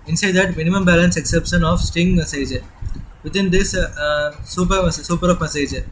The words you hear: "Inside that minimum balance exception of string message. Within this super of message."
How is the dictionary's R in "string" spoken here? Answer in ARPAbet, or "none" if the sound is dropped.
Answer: none